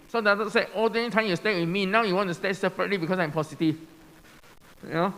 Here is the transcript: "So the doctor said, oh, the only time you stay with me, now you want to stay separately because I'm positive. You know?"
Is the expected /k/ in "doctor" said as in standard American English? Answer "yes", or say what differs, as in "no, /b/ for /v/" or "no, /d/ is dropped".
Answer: no, /k/ is dropped